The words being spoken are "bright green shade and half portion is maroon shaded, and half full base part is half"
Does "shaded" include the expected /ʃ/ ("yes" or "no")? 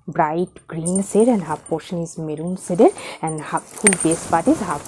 no